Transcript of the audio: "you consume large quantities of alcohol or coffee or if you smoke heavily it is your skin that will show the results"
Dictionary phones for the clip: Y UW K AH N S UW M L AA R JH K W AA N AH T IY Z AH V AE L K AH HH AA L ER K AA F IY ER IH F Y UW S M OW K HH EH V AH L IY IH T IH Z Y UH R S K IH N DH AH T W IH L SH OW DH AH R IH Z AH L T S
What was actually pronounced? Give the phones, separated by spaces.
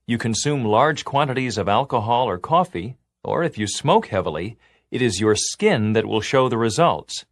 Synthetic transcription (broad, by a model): Y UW K AH N S UW M L AA R JH K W AA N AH T IY Z AH V AE L K AH HH AA L ER K AA F IY ER IH F Y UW S M OW K HH EH V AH L IY IH T IH Z Y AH R S K IH N DH AH T W IH L SH OW DH AH R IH Z AH L T S